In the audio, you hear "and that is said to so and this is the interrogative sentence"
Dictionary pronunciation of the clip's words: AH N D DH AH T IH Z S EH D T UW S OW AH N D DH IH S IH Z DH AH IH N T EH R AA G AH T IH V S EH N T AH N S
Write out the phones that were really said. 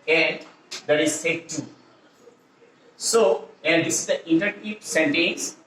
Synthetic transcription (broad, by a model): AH N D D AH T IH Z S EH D T UW S OW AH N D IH S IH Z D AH T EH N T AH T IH P S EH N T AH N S